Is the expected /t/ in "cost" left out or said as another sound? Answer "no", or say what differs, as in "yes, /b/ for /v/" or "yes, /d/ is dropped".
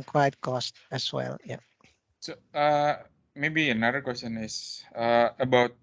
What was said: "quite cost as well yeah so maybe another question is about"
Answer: no